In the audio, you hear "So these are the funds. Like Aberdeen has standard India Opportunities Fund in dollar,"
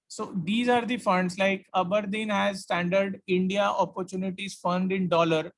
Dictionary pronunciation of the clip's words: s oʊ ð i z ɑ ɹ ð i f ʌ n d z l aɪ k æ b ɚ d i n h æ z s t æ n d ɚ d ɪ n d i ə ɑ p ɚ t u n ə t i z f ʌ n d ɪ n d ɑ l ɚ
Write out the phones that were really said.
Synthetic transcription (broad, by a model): s oʊ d i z ɑ ɹ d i f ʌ n d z l aɪ k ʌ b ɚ d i n h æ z s t æ n d ɚ d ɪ n d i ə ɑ p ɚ t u n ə t i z f ʌ n d ɪ n d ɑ l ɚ